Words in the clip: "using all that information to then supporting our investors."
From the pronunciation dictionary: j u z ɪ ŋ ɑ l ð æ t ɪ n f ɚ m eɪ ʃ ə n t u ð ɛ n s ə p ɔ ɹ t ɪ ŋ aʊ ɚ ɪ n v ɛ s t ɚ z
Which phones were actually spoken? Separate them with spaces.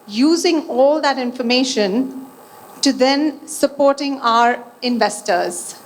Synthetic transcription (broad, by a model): j u z ɪ ŋ ɑ l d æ t ɪ n f ɚ m eɪ ʃ ə n t u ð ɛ n s ə p ɔ ɹ t ɪ ŋ aʊ ɚ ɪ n v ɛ s t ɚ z